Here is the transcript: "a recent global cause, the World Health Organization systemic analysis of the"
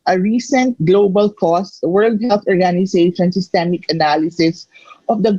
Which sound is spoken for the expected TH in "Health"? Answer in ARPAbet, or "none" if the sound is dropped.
T